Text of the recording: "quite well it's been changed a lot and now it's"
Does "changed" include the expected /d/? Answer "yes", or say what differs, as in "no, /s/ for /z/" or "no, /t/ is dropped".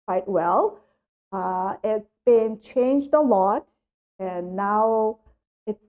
yes